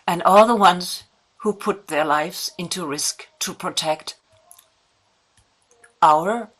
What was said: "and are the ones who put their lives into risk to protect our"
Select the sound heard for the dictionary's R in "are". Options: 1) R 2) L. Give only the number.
2